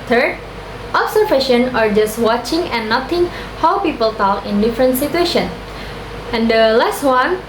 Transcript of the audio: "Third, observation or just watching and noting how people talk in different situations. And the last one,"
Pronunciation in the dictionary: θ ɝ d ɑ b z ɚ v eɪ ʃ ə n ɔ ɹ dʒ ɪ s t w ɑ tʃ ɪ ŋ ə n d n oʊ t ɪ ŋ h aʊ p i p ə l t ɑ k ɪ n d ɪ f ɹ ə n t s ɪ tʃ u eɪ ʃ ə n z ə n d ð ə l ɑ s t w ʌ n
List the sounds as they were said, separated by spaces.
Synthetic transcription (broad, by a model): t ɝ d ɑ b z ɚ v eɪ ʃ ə n ɔ ɹ dʒ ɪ s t w ɑ tʃ ɪ ŋ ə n n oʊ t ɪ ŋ h aʊ p i p ə l t ɑ k ɪ n d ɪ f ɹ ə n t s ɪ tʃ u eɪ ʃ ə n ə n d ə l ɑ s t w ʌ n